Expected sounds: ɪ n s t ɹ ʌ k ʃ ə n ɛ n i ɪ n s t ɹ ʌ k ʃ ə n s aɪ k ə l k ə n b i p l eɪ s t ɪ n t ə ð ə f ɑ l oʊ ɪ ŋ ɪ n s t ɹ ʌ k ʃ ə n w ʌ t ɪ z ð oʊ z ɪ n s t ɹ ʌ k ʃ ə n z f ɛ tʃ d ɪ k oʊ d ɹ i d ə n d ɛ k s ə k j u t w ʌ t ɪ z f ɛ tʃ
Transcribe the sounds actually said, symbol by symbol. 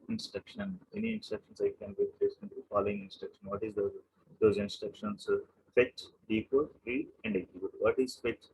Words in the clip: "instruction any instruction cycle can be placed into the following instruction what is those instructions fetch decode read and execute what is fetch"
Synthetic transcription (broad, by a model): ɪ n s t ɹ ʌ k ʃ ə n ɛ n i ɪ n s t ɹ ʌ k ʃ ə n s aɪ ə k ə n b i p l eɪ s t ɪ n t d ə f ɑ l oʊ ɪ ŋ ɪ n s t ɹ ʌ k ʃ ə n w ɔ t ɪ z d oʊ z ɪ n s t ɹ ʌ k ʃ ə n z f ɛ tʃ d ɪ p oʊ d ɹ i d ə n d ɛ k ə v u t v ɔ t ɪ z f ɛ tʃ